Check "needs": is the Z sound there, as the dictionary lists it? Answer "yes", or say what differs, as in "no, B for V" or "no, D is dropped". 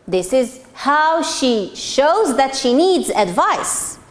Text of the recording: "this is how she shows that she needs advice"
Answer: yes